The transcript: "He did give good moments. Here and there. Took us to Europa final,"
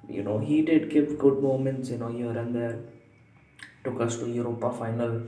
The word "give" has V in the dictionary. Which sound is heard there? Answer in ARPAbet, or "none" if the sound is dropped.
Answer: P